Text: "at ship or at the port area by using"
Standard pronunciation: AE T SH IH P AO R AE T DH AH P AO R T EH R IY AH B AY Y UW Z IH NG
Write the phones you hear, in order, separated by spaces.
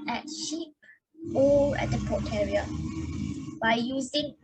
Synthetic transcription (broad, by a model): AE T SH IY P AO L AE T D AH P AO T EH R IY AH B AY Y UW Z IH NG